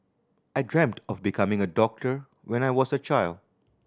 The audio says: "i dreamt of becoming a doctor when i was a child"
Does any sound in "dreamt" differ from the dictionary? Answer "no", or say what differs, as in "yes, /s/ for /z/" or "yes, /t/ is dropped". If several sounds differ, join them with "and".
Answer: no